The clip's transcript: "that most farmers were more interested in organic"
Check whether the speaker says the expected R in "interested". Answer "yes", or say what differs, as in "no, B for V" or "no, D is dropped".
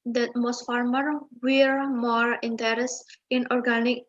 no, R is dropped